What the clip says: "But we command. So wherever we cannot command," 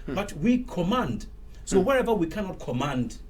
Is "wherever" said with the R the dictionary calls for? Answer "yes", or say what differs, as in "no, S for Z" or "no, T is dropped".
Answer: yes